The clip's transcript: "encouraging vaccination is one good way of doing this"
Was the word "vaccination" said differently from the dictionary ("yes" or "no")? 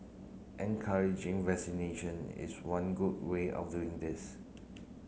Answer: yes